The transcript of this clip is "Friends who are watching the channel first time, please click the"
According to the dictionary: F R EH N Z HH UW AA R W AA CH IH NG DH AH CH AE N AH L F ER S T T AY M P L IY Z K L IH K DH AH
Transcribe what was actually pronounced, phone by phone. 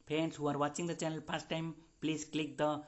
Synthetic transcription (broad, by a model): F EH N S HH UW AA R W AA CH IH NG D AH CH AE N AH L P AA S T T AY M P L IY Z K L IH K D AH